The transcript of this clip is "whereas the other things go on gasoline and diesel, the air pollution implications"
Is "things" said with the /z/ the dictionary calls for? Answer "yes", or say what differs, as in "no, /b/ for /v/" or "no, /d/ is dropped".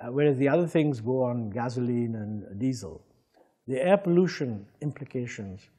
yes